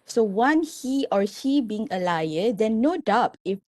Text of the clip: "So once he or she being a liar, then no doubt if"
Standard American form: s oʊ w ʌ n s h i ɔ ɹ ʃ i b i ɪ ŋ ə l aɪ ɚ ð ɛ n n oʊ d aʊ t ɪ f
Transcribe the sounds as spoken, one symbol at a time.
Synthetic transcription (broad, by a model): s oʊ w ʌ n h i ɔ ɹ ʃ i b i ɪ ŋ ə l aɪ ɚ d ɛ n n oʊ d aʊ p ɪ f